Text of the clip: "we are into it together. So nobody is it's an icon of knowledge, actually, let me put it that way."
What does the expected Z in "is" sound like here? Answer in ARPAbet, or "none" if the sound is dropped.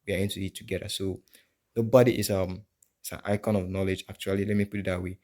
S